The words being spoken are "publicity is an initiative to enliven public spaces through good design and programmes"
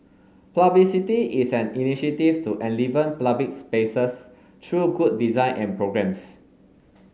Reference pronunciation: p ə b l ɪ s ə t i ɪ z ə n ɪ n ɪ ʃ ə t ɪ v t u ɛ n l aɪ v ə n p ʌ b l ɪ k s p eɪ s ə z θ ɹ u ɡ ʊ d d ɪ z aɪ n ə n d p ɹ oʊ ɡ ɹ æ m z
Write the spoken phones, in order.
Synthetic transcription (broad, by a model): p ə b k s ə t i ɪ s ə n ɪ n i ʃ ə t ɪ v t u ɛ n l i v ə n p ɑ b ɪ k s p eɪ s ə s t ɹ u ɡ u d d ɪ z aɪ n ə n p ɹ oʊ ɡ ɹ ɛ m s